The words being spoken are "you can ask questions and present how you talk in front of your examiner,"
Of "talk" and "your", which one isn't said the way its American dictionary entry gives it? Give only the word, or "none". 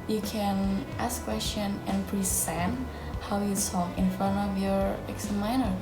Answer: talk